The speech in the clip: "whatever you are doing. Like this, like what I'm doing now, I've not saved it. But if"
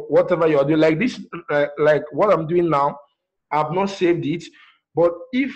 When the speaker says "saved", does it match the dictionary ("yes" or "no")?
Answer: yes